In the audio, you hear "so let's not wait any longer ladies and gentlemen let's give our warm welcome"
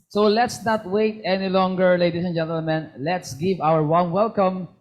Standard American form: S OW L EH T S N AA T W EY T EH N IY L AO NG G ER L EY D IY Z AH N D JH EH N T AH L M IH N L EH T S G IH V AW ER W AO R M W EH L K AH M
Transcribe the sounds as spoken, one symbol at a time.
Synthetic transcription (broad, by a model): S OW L EH T S N AA T W EY T EH N IY L AO NG G ER L EY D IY S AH N JH EH N T AH L M IH N L EH T S G IH V AW ER W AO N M W EH L K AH M